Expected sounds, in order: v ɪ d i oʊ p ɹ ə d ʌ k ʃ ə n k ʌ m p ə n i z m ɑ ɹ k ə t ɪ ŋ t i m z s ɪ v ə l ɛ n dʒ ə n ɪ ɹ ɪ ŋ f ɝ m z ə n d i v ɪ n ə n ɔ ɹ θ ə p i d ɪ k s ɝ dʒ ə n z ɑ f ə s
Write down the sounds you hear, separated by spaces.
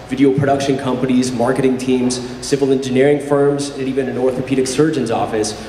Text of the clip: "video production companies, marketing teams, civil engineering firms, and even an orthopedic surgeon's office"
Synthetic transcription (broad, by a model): v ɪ d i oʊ p ɹ ə d ʌ k ʃ ə n k ʌ m p ə n i z m ɑ ɹ k ə t ɪ ŋ t i m z s ɪ v ə l ɛ n dʒ ə n ɪ ɹ ɪ ŋ f ɝ m z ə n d i v ɪ n ə n ɔ ɹ θ ə p i d ɪ k s ɝ dʒ ə n z ɑ f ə s